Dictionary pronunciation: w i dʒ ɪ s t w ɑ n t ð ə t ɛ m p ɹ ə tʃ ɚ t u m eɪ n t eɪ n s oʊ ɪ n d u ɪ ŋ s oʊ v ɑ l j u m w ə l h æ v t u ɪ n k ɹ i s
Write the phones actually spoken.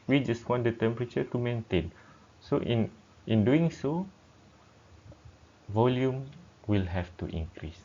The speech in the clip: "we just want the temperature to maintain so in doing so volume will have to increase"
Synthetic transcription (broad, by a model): w i dʒ ɪ s t w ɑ n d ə t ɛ m p ɹ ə tʃ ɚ t u m eɪ n t eɪ n s oʊ ɪ n d u ɪ ŋ s oʊ v ɑ l j u m w ə l h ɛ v t u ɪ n k ɹ i s